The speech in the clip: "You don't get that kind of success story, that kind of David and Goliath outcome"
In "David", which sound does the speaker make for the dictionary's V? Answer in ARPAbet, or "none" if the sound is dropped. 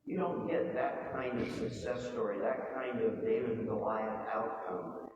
none